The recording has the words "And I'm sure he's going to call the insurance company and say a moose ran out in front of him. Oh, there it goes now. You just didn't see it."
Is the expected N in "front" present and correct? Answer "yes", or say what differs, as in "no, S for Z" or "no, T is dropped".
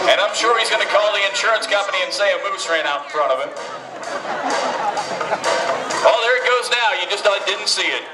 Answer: no, N is dropped